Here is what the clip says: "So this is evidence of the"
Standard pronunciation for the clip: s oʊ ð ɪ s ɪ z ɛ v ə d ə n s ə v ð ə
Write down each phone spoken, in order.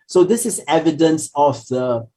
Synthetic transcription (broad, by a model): s oʊ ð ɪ s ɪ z ɛ v ə d ə n s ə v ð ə